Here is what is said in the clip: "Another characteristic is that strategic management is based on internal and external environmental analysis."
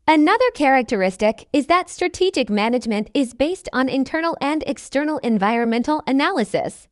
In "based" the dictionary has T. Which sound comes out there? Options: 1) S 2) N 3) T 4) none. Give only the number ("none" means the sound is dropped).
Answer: 3